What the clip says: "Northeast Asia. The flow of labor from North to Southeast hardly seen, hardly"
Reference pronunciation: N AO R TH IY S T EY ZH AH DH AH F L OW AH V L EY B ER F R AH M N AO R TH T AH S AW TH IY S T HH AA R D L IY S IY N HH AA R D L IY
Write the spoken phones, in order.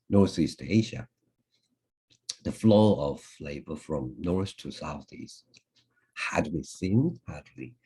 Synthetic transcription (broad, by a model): N AO R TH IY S T EY ZH AH DH AH F L OW AH V L EY B ER F R AH M N AO R S T AH S AW TH IY S T HH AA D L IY S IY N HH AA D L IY